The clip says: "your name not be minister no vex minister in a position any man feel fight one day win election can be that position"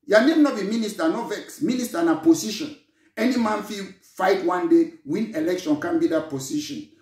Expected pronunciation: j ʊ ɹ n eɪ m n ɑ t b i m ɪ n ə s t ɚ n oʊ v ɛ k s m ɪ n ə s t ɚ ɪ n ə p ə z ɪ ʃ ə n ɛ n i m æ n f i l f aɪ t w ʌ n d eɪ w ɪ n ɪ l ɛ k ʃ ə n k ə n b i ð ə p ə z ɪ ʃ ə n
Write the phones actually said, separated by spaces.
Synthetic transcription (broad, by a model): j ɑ n eɪ m n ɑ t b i m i n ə s t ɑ n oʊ v ɛ k s m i n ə s t ɪ n ə p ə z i ʃ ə n ɛ n i m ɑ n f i f aɪ t w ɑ n d eɪ w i n ɪ l ɛ k ʃ ə n k ə n b i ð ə p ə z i ʃ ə n